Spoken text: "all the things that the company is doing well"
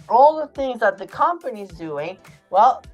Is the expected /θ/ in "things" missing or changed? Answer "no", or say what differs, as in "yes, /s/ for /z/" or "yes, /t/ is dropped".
no